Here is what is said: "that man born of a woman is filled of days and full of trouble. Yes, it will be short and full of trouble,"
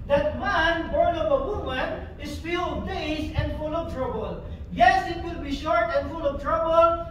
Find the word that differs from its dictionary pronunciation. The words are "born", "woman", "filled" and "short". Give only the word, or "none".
filled